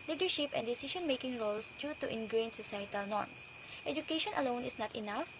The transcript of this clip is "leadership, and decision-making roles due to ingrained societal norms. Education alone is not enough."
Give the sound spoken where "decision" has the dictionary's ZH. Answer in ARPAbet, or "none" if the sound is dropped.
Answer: SH